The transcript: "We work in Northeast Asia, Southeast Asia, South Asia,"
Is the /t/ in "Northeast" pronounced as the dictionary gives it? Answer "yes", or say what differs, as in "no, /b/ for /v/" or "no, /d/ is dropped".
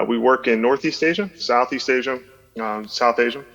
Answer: yes